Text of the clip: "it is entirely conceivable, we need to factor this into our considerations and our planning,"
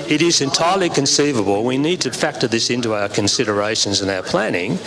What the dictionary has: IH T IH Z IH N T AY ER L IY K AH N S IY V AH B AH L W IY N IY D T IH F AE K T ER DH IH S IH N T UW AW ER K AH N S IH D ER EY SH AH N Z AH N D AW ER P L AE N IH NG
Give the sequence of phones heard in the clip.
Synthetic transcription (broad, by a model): IH T IH Z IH N T AY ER L IY K AH N S IY V AH B AH L W IY N IY D T IH F AE K T ER DH IH S IH N T UW AW ER K AH N S IH D ER EY SH AH N Z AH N AW ER P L AE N IH NG